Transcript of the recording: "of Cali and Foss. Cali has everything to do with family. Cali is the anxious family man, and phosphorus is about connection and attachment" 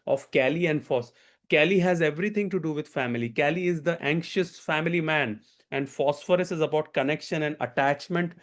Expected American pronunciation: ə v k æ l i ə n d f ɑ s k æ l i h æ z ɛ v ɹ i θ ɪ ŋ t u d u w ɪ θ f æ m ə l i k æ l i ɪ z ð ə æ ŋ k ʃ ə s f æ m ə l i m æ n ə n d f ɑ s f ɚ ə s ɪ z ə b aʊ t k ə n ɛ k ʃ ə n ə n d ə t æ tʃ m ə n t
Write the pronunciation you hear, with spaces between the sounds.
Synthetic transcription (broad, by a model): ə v k æ l i ə n d f ɑ s k æ l i h æ z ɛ v ɹ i t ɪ ŋ t u d u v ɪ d f æ m ə l i k æ l i ɪ z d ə æ ŋ k ʃ ə s f æ m ə l i m æ n ə n d f ɑ s f ɚ ə s ɪ z ə b aʊ t k ə n ɛ k ʃ ə n ə n d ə t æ tʃ m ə n t